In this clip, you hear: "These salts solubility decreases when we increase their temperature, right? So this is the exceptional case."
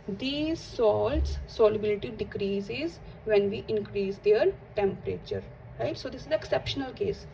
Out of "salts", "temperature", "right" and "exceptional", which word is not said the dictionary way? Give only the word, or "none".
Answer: none